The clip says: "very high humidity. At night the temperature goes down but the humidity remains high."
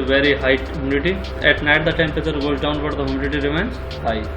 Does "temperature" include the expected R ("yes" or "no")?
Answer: no